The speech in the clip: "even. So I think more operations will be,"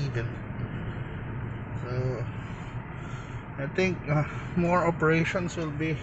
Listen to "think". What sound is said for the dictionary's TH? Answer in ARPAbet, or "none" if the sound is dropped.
T